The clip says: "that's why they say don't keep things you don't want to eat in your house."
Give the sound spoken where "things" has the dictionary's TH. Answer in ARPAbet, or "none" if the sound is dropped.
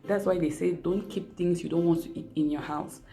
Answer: T